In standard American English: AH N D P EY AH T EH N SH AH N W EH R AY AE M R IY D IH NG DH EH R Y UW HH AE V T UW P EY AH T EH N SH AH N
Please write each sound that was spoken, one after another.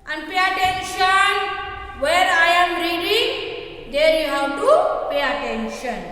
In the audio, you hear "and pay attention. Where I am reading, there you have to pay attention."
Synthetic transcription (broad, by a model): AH N D P EY AH T EH N SH AH N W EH R AY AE M R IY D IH NG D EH R Y UW HH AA W T UW P EY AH T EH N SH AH N